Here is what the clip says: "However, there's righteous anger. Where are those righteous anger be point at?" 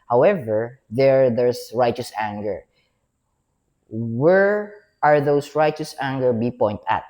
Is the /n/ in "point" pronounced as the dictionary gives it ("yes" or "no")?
yes